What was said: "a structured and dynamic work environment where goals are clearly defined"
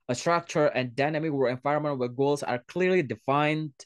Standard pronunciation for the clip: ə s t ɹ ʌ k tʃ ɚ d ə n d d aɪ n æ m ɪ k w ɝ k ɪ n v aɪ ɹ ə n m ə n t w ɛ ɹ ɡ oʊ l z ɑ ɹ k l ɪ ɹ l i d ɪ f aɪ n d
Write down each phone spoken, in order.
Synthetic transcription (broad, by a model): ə s t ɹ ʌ k tʃ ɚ ə n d d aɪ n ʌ m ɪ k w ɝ ɪ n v aɪ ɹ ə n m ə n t w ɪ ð ɡ oʊ l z ɑ ɹ k l ɪ ɹ l i d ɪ f aɪ n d